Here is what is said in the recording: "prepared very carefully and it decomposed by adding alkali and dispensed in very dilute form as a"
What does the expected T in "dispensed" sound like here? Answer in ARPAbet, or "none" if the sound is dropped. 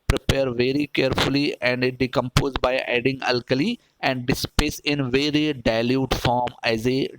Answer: none